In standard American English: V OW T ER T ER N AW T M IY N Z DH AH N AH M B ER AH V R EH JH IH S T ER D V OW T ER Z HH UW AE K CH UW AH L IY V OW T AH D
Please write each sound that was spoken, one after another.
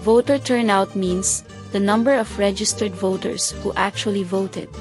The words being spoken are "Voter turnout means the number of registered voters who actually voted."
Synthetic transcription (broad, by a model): V OW T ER T ER N AW T M IY N S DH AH N AH M B ER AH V R EH JH IH S T ER D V OW T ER S HH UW AE K CH UW AH L IY V OW T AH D